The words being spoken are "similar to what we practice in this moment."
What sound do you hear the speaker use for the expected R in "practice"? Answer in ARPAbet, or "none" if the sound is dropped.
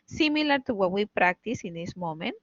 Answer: R